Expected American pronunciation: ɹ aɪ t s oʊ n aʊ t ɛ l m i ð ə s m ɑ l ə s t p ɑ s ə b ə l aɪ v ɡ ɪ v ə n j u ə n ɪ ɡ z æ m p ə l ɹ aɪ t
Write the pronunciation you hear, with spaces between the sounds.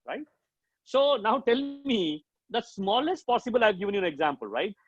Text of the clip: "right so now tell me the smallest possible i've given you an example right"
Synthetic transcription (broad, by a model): ɹ aɪ t s oʊ n aʊ t ɛ l m i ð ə s m ɑ l ə s t p ɑ s ə b ə l aɪ v ɡ ɪ v ə n j u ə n ɪ ɡ z æ m p ə l ɹ aɪ t